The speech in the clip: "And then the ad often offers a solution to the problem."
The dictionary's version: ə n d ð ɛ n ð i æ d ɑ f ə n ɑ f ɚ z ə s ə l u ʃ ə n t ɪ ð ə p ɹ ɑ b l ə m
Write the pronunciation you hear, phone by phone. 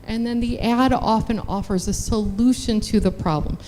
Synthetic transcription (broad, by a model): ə n ð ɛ n ð i æ d ɑ f ə n ɑ f ɚ z ə s ə l u ʃ ə n t ɪ ð ə p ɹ ɑ b l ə m